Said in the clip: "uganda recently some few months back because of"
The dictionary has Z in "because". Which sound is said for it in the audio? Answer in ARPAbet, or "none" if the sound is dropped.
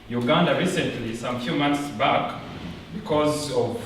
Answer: Z